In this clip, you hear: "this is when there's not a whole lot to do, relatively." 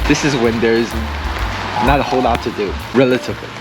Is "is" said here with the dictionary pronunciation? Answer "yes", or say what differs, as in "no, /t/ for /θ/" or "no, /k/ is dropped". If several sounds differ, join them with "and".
yes